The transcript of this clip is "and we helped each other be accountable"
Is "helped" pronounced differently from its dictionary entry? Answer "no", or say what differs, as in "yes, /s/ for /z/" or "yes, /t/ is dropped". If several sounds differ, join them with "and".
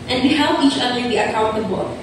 yes, /t/ is dropped